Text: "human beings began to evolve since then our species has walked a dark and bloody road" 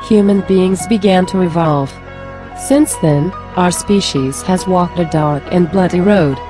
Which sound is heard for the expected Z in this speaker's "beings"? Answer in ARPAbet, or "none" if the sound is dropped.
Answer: Z